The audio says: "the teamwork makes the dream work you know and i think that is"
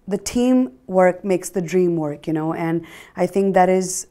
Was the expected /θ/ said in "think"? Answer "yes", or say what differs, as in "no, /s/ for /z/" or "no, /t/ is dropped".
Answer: yes